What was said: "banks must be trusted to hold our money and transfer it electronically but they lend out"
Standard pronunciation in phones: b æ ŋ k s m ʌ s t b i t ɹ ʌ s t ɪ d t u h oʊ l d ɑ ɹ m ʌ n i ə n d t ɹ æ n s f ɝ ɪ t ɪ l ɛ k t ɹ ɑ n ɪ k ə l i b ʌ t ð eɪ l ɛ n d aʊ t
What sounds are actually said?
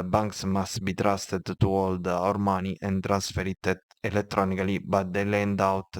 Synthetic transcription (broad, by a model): b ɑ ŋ k s m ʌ s t b i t ɹ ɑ s t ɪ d t u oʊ l d ɑ ɹ m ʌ n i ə n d t ɹ æ n s f ɝ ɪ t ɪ l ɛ t ɹ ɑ n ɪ k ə l i b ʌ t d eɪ l ɛ n d aʊ t